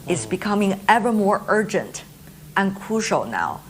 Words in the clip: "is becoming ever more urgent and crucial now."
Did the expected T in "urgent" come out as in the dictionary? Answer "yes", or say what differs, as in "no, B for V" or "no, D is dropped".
yes